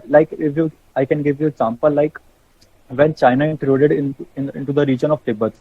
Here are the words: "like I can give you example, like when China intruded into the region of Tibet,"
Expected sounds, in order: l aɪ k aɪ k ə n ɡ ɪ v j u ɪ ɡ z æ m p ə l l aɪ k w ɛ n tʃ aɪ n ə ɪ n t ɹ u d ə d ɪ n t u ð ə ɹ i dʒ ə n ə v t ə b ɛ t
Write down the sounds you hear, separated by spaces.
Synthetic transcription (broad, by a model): l aɪ k aɪ k ə n ɡ ɪ v j u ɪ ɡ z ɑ m p ə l l aɪ k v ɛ n tʃ aɪ n ə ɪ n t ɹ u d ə d ɪ n t u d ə ɹ i dʒ ə n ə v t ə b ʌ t